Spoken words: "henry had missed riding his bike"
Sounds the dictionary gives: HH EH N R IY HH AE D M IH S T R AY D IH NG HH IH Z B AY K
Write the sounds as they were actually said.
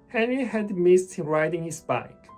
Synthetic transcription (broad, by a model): HH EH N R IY HH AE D M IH S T R AY D IH NG HH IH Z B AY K